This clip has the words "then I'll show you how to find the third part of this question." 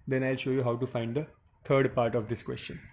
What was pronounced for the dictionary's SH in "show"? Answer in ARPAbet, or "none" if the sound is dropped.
SH